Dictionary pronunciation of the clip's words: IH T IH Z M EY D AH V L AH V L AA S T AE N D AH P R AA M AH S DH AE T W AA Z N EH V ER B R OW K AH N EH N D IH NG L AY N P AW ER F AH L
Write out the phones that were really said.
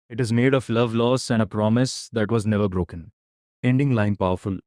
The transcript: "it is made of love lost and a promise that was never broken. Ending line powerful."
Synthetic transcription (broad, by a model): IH T IH Z M EY D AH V L AH V L AA S AE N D AH P R AA M AH S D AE T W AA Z N EH V ER B R OW K AH N EH N D IH NG L AY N P AW ER F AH L